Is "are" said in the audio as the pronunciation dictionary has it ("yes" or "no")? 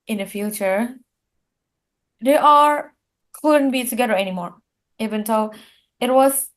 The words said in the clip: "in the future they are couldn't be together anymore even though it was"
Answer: no